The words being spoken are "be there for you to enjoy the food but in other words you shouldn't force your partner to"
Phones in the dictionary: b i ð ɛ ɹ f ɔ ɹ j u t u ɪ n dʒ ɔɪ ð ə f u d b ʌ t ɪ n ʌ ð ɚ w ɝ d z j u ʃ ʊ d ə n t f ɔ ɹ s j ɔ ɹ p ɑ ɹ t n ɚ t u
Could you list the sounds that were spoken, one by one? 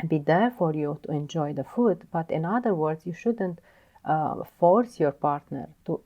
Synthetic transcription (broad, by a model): b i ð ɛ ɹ f ɔ ɹ j u t u ɪ n dʒ ɔɪ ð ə f u d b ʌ t ɪ n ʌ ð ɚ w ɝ d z j u ʃ ʊ d ə n t f ɔ ɹ s j ɔ ɹ p ɑ ɹ t n ɚ t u